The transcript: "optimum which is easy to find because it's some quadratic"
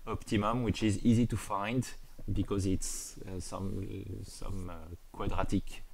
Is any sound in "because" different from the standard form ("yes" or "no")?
no